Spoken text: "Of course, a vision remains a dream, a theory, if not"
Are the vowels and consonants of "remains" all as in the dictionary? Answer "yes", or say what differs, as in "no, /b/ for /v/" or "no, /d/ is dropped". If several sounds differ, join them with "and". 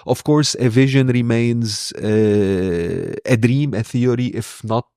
yes